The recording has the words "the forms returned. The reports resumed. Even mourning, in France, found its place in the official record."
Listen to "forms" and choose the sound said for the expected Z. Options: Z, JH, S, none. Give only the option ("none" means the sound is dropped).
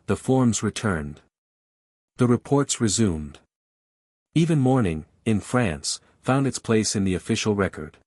Z